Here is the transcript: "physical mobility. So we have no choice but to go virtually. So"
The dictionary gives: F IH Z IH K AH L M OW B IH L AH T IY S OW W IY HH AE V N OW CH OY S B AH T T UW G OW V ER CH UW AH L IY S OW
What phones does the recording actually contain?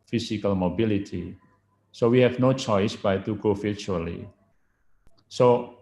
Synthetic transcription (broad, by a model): F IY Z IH K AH L M OW B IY L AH T IY S OW W IY HH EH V N OW CH OY S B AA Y T UW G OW F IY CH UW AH L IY S OW